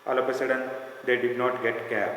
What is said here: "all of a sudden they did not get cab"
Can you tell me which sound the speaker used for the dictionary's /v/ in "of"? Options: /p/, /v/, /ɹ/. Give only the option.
/p/